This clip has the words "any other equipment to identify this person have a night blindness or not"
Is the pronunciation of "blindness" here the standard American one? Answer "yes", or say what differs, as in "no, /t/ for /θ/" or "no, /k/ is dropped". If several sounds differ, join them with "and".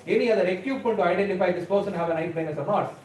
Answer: no, /l/ is dropped